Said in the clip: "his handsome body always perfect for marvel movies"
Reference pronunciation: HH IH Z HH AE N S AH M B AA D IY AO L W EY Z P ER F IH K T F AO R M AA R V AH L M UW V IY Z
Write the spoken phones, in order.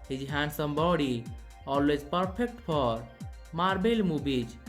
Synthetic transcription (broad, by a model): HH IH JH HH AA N S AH M B AA D IY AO L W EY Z P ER P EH K T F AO R M AA R B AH L M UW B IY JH